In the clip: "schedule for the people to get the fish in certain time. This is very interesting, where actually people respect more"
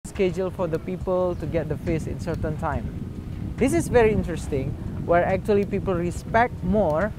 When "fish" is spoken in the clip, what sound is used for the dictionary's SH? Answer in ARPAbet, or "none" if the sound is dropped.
S